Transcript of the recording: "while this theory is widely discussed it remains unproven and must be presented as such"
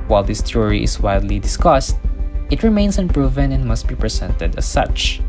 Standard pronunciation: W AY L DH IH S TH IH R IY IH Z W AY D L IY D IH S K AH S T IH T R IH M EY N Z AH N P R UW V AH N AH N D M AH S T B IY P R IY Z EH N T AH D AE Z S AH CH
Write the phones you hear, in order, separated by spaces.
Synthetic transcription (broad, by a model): W AY L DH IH S T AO R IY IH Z W AY D L IY D IH S K AH S T IH T R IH M EY N S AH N P R UW V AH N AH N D M AH S T B IY P R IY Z EH N T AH D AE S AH CH